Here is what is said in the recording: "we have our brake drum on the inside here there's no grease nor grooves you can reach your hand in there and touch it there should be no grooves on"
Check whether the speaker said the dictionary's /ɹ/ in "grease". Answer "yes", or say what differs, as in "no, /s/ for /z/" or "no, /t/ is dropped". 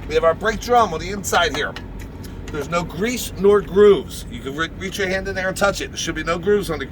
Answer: yes